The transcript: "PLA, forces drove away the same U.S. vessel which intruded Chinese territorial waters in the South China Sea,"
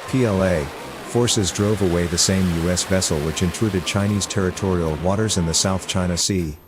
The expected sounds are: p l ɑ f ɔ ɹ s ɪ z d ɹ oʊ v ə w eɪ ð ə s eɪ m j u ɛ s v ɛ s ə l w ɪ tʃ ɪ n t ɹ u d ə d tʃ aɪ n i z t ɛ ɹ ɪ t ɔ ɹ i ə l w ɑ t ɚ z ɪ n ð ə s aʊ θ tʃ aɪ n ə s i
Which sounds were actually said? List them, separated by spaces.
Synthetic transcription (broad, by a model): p l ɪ f ɔ ɹ s ɪ z d ɹ oʊ v ə w eɪ ð ə s eɪ m j u ɛ s v ɛ s l w ɪ tʃ ɪ n t ɹ u d ə d tʃ aɪ n i z t ɛ ɹ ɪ t ɔ ɹ i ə l w ɑ t ɚ z ɪ n ð ə s aʊ θ tʃ aɪ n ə s i